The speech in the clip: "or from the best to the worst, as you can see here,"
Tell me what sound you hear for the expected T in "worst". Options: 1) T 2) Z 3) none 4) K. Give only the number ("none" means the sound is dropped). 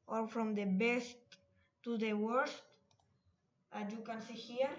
1